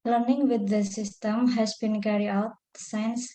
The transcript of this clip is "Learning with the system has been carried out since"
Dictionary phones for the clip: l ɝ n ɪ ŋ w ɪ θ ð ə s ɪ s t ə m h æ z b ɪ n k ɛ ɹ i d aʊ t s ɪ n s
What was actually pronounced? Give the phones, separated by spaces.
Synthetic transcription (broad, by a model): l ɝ n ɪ ŋ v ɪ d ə s ɪ s t ə m h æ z b ɪ n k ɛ ɹ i aʊ t s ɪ n s